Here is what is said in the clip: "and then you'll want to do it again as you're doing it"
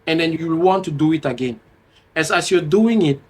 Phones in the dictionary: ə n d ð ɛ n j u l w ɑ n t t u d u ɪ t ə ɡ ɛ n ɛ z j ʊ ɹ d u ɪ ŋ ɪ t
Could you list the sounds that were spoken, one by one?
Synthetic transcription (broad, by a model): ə n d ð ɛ n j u w w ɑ n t t u d u ɪ t ə ɡ ɛ n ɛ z j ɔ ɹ d u ɪ ŋ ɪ t